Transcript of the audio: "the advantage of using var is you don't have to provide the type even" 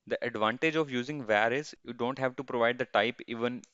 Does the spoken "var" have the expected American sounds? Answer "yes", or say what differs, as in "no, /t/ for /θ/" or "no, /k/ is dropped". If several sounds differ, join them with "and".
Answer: yes